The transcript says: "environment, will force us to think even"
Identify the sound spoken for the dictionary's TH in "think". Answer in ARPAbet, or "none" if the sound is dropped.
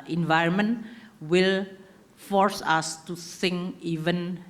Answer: S